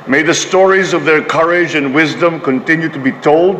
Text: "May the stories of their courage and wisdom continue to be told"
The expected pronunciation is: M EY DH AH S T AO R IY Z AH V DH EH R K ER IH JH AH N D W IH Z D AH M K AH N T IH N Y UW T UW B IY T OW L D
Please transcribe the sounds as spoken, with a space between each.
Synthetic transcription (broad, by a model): M EY DH AH S T AO R IY Z AH V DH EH R K ER IH JH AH N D W IH Z D AH M K AH N T IH N Y UW T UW B IY T OW L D